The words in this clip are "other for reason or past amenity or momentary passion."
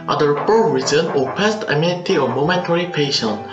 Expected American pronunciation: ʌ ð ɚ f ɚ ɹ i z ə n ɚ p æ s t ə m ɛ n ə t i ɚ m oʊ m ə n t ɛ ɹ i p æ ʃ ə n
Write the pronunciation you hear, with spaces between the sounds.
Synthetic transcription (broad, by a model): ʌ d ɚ p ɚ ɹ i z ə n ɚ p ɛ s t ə m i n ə t i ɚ m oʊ m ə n t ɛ ɹ i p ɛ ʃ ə n